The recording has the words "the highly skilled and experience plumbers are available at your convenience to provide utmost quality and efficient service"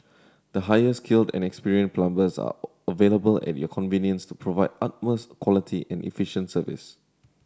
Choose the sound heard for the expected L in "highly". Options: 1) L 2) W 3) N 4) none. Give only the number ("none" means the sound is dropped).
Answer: 4